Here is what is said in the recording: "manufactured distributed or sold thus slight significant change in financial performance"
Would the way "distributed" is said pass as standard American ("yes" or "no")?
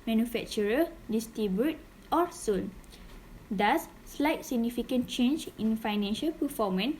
no